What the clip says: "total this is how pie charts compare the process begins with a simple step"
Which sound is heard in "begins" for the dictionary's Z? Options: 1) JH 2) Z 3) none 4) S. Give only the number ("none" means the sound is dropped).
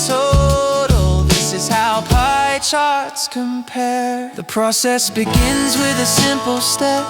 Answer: 2